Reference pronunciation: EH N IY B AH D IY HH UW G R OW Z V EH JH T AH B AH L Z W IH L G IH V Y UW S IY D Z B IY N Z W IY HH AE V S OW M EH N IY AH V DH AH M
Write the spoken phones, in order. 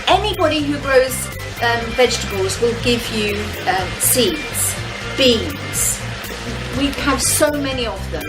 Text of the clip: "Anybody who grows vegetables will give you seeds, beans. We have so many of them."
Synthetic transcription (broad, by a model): EH N IY B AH D IY HH UW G R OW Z V EH JH T AH B AH L Z W IH L G IH V Y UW S IY D Z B IY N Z W IY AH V S OW M EH N IY AH V DH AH M